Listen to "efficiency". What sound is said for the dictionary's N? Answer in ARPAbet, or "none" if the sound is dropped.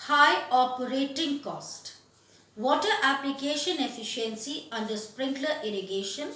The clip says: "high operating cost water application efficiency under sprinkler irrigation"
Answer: N